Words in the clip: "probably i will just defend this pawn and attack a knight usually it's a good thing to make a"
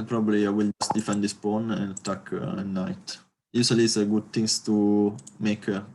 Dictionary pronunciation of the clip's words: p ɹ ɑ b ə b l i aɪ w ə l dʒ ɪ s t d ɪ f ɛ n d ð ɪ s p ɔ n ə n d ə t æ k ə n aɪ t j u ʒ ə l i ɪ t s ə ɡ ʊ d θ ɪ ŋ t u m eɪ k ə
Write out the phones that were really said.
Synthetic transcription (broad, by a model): p ɹ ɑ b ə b l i aɪ w ə l dʒ ɪ s t d ɪ f ɛ n d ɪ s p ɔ n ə n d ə t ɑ k ə n aɪ t j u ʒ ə l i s ə ɡ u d t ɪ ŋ t u m eɪ k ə